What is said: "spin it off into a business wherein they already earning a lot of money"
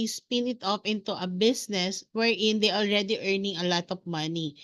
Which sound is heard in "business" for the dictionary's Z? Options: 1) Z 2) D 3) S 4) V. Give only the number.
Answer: 3